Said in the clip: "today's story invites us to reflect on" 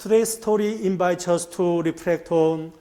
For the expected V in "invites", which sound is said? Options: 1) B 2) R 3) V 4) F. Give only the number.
1